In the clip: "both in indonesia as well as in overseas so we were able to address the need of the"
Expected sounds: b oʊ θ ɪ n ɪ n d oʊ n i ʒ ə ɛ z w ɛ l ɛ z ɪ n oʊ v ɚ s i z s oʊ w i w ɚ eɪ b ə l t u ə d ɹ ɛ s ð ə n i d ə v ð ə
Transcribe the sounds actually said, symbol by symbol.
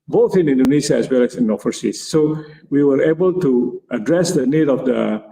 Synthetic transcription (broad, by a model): b oʊ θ ɪ n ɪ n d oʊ n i ʃ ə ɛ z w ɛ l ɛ s ɪ n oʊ f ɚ s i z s oʊ w i w ɚ eɪ b ə l t u ə d ɹ ɛ s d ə n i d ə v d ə